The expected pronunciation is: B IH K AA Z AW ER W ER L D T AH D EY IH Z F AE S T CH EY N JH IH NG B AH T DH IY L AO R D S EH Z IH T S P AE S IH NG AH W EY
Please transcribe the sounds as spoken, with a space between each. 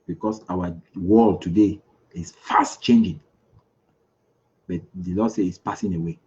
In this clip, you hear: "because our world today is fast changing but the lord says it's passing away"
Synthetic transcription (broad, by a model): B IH K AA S AW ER W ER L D T AH D EY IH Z F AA S T CH EY N JH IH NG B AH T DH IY L AO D S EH IH T S P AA S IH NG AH W EY